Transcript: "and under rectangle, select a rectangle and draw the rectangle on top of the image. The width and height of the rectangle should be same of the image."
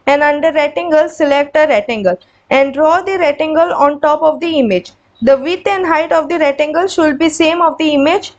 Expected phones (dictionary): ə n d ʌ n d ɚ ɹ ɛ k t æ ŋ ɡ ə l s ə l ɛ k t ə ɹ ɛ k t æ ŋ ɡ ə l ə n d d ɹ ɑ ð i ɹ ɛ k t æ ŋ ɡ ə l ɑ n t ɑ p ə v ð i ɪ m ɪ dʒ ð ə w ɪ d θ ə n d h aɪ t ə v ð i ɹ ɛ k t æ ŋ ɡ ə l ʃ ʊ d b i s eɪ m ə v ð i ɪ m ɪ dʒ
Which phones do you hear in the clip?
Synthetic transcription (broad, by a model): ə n d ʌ n d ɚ ɹ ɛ t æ ŋ ɡ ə l s ə l ɛ k t ə ɹ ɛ t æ ŋ ɡ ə l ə n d d ɹ ɑ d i ɹ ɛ t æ ŋ ɡ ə l ɑ n t ɑ p ə v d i ɪ m ɪ dʒ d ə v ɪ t ə n d h aɪ t ə v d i ɹ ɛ t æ ŋ ɡ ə l ʃ ʊ d b i s eɪ m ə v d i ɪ m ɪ dʒ